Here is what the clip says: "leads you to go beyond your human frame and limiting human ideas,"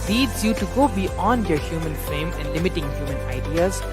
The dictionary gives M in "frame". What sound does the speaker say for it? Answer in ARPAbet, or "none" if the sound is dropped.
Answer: M